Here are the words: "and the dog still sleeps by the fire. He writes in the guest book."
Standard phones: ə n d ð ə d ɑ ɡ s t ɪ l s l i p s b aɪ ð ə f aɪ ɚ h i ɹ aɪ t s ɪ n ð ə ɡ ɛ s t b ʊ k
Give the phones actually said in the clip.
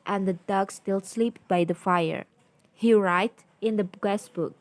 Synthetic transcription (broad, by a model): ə n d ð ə d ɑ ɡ s t ɪ l s l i p b aɪ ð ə f aɪ ɚ h i ɹ aɪ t ɪ n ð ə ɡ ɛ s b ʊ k